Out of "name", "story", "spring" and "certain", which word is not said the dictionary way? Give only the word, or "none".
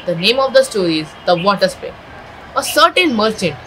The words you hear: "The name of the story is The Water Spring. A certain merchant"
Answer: spring